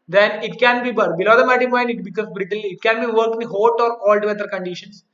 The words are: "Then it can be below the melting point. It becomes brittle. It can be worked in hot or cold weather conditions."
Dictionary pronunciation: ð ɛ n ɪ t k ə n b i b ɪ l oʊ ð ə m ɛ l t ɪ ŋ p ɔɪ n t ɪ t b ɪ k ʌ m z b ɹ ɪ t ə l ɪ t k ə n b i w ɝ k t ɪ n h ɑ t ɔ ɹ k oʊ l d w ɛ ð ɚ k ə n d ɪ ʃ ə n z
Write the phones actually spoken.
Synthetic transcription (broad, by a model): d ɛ n ɪ t k ə n b i b ɪ l oʊ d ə m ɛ t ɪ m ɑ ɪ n ɪ t b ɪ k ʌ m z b ɹ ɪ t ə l ɪ t k ə n b i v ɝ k ɪ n h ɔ t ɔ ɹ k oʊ l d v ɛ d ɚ k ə n d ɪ ʃ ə n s